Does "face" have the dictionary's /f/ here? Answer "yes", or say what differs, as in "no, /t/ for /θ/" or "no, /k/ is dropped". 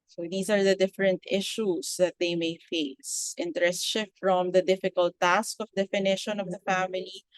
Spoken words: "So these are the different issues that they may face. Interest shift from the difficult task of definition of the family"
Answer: yes